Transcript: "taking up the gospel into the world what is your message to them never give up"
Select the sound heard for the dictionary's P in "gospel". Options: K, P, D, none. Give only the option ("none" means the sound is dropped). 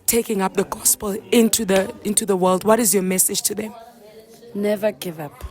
P